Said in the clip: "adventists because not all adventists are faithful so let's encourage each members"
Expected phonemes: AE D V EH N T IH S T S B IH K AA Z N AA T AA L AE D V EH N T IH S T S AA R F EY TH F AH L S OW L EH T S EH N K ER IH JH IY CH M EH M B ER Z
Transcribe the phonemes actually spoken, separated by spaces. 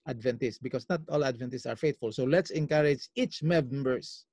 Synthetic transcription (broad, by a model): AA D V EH N T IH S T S B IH K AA S N AA T AA L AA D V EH N T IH S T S AA R F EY T F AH L S OW L EH T S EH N K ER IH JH IY CH M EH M B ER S